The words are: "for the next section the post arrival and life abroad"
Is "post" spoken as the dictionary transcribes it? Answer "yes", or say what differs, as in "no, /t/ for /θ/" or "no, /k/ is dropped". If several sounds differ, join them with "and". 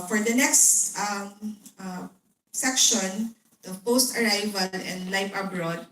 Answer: yes